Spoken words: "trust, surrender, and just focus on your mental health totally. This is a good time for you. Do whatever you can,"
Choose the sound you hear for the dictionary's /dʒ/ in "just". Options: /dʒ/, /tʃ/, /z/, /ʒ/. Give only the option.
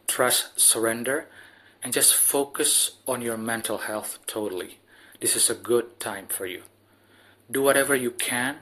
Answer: /dʒ/